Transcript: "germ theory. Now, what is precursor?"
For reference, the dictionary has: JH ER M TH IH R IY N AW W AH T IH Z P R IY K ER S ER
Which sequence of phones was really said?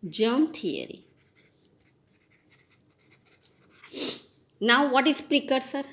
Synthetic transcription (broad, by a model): JH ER M T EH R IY N AW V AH T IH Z P R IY K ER S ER